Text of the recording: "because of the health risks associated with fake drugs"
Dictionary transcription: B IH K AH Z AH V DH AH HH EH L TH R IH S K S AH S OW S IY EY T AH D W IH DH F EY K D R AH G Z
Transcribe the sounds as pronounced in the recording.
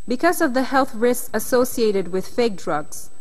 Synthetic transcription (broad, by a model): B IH K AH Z AH V DH AH HH EH L TH R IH S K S AH S OW S IY EY T AH D W IH DH F EY K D R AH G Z